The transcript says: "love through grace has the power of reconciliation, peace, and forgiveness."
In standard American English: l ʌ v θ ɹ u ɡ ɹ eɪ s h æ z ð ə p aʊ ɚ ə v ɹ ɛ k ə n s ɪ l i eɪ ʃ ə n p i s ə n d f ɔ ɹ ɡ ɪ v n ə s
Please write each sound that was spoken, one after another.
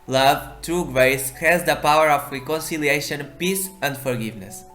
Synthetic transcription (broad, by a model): l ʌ v t ɹ u ɡ ɹ eɪ s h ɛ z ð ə p aʊ ɚ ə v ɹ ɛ k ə n s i l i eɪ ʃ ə n p i s ə n d f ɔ ɹ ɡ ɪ v n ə s